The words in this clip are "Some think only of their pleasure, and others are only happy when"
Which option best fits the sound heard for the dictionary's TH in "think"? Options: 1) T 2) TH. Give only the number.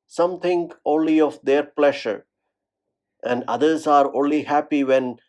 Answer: 1